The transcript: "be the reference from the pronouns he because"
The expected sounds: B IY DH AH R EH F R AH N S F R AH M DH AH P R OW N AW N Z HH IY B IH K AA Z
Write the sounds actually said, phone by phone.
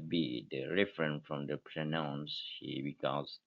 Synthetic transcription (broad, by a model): B IY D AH R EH F R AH N F R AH M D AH P R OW N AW N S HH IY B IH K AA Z